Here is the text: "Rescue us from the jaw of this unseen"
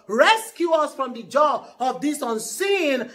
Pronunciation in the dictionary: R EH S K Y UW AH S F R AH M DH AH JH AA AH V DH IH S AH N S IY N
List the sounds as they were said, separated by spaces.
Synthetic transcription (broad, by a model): R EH S K Y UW AH S F R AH M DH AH JH AA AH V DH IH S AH N S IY N